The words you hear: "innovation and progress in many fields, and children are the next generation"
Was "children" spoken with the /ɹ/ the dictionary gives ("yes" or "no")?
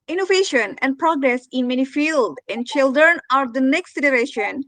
yes